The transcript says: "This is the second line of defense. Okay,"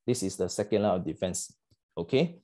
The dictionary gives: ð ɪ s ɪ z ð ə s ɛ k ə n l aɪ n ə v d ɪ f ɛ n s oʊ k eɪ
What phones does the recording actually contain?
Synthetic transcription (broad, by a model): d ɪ s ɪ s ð ə s ɛ k ə n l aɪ ə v d ɪ f ɛ n s oʊ k eɪ